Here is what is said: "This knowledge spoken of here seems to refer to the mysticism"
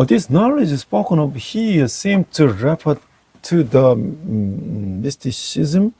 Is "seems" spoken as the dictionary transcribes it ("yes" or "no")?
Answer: no